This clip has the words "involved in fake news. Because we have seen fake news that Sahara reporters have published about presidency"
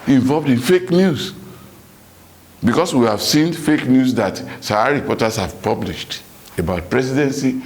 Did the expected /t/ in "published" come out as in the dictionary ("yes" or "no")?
yes